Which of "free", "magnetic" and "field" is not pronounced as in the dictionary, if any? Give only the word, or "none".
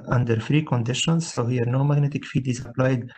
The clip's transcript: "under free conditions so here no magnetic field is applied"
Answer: field